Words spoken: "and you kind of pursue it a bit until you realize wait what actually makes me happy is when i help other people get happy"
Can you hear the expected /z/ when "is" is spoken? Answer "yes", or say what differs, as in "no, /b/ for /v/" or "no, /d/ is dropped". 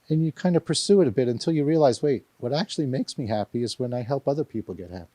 yes